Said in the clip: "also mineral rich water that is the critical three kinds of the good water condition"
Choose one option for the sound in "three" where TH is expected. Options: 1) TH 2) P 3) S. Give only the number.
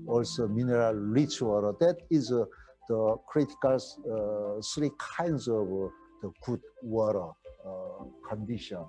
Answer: 3